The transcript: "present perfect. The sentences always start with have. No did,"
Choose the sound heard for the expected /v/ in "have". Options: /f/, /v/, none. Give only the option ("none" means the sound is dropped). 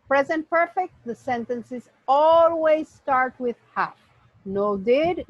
/f/